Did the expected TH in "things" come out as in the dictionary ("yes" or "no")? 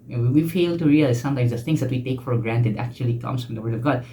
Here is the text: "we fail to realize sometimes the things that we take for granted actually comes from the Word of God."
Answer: no